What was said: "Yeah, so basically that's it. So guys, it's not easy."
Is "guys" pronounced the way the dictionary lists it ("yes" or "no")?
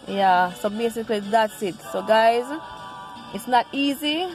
yes